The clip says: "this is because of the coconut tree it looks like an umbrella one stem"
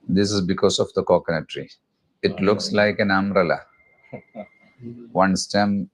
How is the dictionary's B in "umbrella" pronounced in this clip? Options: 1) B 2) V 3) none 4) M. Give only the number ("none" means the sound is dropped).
3